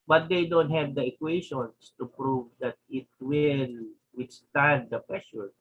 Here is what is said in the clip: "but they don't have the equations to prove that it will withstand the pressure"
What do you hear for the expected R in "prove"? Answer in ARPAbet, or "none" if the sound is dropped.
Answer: R